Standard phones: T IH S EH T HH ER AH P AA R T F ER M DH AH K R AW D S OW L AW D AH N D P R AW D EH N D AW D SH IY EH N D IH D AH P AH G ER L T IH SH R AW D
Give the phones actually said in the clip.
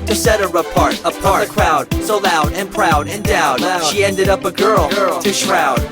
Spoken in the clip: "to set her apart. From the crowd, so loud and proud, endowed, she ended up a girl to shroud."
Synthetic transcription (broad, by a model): T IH S EH T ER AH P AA R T P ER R DH AH K R AW D S OW L AW D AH N P R AW D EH N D AW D SH IY EH N D IH D AH P AH G ER L T IH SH R AW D